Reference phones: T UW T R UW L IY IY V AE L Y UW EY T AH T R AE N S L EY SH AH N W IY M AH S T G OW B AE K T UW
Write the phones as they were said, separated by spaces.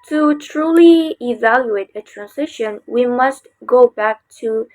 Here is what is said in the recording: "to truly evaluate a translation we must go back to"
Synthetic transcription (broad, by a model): T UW T R UW L IY IY V AE L Y UW EY T AH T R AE N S IH SH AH N W IY M AH S T G OW B AE K T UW